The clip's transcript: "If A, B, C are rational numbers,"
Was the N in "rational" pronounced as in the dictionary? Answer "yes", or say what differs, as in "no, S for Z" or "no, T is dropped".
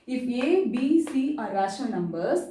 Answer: no, N is dropped